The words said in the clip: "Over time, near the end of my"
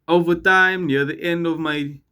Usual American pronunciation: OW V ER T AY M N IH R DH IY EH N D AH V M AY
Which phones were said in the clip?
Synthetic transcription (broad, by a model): OW V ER T AY M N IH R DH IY EH N D AH V M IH